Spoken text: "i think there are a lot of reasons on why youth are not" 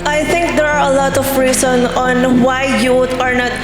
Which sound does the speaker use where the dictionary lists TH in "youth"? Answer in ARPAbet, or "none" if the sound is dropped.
T